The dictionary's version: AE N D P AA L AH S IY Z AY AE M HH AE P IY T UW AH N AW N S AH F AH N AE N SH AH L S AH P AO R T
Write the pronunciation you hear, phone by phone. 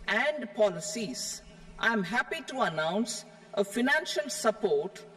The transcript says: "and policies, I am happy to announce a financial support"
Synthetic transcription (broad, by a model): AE N D P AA L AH S IY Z AY M HH AE P IY T UW AH N AW N S AH F AH N AE N SH AH L S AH P AO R T